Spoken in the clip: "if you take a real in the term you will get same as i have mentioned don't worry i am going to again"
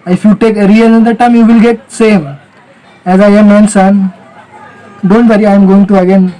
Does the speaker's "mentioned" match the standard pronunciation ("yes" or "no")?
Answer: no